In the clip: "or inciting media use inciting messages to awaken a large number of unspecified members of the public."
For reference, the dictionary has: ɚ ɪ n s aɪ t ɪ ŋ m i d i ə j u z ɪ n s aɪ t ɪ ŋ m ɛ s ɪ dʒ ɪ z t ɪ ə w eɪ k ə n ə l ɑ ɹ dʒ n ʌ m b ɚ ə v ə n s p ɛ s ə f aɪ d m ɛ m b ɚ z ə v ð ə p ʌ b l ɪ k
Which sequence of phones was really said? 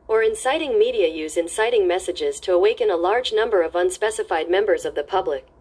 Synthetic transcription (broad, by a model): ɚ ɪ n s aɪ t ɪ ŋ m i d i ə j u z ɪ n s aɪ t ɪ ŋ m ɛ s ɪ dʒ ɪ z t ɪ ə w eɪ k ə n ə l ɑ ɹ dʒ n ʌ m b ɚ ə v ə n s p ɛ s ə f aɪ d m ɛ m b ɚ z ə v ð ə p ʌ b l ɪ k